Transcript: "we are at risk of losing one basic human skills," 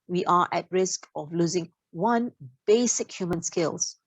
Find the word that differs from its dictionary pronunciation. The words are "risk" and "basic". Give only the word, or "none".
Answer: none